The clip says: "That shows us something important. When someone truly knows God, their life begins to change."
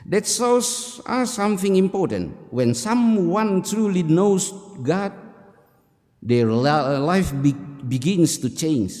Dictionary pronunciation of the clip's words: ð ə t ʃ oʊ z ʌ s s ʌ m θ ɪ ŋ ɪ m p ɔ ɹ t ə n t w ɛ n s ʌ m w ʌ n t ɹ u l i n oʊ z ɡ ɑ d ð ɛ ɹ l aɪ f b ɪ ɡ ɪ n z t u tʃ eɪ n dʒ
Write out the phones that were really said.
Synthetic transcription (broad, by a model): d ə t s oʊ s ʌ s s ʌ m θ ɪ ŋ ɪ m p ɔ ɹ t ə n t w ɛ n s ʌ m w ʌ n t ɹ u l i n oʊ s ɡ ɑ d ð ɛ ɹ l aɪ f b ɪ ɡ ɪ n s t u tʃ eɪ n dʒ